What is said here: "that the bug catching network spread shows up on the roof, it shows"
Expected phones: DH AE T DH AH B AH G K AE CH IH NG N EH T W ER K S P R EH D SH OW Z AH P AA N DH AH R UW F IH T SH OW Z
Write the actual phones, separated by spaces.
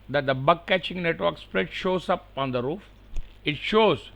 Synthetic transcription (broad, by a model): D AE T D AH B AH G K AE CH IH NG N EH T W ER K S P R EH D SH OW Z AH P AA N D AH R UW F IH T SH OW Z